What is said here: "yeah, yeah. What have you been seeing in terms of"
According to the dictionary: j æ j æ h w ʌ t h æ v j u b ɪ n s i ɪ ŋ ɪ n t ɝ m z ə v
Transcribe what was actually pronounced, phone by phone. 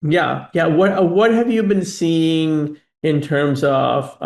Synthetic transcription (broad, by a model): j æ j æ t w ʌ t h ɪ v j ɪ b ɪ n s i ɪ ŋ ɪ n t ɝ m z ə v